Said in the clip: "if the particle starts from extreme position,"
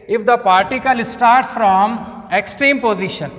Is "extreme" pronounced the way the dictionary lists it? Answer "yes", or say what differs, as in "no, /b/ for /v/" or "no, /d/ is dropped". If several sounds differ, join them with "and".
yes